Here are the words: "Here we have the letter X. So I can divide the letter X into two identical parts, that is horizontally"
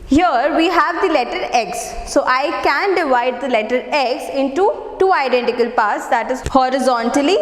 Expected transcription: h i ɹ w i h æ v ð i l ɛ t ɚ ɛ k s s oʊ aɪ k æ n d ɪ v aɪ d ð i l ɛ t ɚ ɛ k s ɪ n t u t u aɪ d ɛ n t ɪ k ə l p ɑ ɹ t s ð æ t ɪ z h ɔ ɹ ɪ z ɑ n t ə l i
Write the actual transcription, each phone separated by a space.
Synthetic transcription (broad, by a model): h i ɹ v i h æ v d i l ɛ t ɚ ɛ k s s oʊ aɪ k æ n d ɪ v aɪ d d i l ɛ t ɚ ɛ k s ɪ n t u t u aɪ d ɛ n t ɪ k ə l p ɑ ɹ t s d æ t ɪ z h ɔ ɹ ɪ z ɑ n t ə l i